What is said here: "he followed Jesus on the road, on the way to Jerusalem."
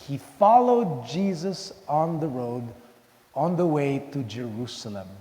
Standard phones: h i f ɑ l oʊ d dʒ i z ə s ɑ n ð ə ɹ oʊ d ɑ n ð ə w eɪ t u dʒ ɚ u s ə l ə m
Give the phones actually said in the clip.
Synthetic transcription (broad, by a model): h i f ɑ l oʊ d dʒ i z ə s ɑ n ð ə ɹ oʊ d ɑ n ð ə w eɪ t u dʒ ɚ u s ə l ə m